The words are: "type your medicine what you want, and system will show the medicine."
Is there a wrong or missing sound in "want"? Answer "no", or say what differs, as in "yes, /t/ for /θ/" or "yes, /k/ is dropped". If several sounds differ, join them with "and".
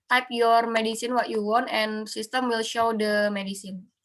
no